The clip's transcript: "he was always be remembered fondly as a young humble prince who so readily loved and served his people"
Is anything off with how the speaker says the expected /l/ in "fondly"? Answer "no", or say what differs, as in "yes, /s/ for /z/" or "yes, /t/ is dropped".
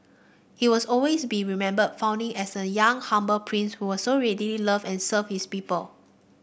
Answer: yes, /l/ is dropped